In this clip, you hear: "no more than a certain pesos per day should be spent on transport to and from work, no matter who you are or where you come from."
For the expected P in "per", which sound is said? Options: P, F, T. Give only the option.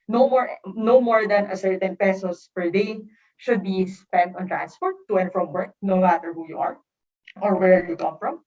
P